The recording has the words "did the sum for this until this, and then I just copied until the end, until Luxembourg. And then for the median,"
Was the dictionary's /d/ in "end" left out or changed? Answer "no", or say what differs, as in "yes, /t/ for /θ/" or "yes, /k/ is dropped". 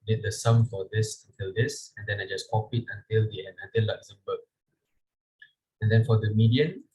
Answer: yes, /d/ is dropped